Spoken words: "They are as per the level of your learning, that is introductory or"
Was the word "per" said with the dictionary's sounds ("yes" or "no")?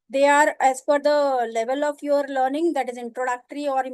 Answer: no